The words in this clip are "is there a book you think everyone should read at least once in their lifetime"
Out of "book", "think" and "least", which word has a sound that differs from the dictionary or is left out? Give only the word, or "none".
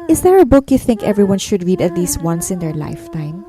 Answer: none